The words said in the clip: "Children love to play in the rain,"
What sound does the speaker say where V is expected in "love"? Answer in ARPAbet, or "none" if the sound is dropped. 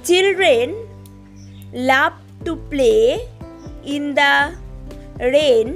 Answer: P